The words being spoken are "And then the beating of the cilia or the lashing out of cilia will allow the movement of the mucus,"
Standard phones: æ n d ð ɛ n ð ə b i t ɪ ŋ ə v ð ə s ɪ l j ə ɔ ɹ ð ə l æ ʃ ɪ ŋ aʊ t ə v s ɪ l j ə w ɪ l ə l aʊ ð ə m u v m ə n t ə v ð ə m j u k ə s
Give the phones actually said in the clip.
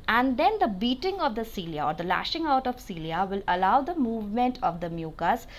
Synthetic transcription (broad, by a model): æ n d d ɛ n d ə b i t ɪ ŋ ə v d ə s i l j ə ɔ ɹ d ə l æ ʃ ɪ ŋ aʊ t ə v s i l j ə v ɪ l ə l aʊ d ə m u v m ə n t ə v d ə m j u k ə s